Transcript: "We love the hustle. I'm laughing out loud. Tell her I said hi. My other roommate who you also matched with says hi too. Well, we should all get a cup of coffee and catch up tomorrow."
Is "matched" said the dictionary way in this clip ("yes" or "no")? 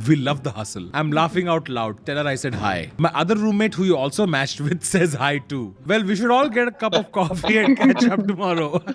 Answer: yes